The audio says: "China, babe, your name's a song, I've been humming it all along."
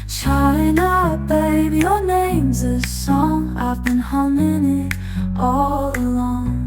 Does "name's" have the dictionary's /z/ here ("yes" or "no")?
yes